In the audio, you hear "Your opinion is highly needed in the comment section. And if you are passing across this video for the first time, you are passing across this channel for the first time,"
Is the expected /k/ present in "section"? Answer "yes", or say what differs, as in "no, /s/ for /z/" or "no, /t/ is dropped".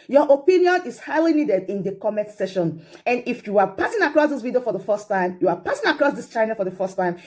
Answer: no, /k/ is dropped